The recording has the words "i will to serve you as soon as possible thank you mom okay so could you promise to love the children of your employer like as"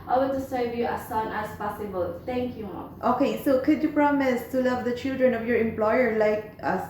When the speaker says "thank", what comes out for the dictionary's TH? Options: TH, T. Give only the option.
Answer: T